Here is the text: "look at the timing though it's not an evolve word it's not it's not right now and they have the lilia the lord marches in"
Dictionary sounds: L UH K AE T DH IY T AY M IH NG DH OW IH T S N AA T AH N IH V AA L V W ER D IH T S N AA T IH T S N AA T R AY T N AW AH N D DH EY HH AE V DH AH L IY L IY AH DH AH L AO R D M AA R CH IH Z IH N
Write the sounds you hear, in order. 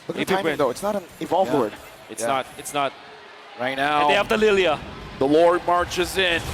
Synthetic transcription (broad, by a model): L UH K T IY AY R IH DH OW IH T S N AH T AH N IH V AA L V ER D IH T S N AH T IH T S N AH T R AY T N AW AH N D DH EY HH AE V DH AH L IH L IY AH DH AH L AO R D M AA R CH IH Z IH N